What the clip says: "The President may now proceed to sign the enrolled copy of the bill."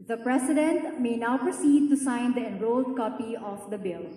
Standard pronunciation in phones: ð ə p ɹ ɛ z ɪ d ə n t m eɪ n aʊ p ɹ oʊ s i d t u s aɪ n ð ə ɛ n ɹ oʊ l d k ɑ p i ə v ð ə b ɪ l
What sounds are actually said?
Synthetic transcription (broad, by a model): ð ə p ɹ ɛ s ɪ d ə n t m eɪ n aʊ p ɹ oʊ s i d t u s aɪ n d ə ɛ n ɹ oʊ l d k ɑ p i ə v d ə b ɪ l